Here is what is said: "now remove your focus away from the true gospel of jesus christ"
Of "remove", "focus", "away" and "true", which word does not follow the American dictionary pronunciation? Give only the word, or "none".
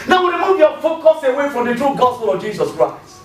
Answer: remove